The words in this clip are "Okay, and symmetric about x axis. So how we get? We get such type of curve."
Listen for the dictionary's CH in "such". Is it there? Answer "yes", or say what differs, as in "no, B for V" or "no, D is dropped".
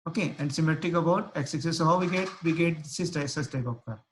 no, S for CH